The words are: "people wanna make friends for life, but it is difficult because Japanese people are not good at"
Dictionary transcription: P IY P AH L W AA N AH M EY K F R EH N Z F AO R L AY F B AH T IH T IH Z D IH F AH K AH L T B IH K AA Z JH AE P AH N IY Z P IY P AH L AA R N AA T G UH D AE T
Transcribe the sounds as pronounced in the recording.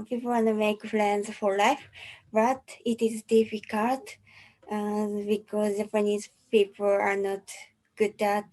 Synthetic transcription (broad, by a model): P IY P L W AA N AH M EY K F L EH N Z F AO R L AY F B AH T IH T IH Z D IH F AH K AH L T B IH K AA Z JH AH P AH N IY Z P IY P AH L AA R N AA T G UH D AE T